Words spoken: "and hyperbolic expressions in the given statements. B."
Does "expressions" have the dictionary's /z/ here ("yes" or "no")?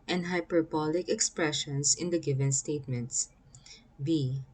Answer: no